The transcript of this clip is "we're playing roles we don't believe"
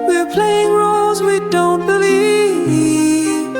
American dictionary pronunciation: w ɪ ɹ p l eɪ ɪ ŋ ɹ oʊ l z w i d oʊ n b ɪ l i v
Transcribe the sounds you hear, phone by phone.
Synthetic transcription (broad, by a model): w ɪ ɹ p l eɪ ɪ ŋ ɹ oʊ l z w i d oʊ n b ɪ l i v